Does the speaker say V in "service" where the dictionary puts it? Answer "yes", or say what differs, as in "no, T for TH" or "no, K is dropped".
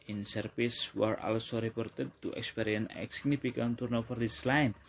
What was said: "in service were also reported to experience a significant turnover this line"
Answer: no, P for V